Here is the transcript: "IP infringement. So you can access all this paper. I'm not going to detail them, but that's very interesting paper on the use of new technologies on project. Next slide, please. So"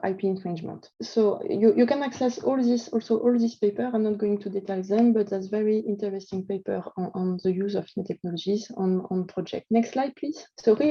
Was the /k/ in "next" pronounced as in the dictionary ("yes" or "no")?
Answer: yes